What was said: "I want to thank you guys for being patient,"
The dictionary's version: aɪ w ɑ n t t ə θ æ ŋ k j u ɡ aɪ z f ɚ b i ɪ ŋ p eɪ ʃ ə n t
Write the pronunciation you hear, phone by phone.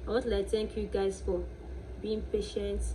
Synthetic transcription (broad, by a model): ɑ t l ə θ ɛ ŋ k j u ɡ aɪ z f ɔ b i ɪ ŋ p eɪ ʃ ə n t